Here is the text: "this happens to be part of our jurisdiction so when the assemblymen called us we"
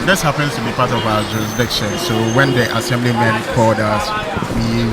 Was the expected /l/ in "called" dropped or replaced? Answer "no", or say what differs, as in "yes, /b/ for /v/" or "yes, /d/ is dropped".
yes, /l/ is dropped